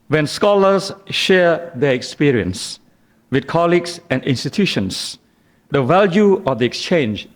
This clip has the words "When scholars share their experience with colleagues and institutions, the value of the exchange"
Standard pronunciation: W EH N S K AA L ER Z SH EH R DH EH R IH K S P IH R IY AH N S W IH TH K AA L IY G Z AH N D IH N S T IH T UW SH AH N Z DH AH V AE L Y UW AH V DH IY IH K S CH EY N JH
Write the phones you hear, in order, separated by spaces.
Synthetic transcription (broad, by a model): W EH N S K AA L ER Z SH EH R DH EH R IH K S P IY R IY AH N S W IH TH K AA L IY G S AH N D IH N S T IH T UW SH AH N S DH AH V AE L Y UW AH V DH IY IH K S CH EY N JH